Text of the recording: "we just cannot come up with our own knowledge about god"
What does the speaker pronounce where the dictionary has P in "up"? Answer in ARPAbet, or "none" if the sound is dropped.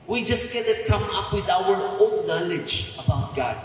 P